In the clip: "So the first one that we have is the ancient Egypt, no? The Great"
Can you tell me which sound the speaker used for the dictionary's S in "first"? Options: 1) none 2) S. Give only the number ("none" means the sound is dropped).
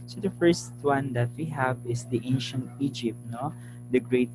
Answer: 2